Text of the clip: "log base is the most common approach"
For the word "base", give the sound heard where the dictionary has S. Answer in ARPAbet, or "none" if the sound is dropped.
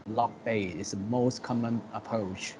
none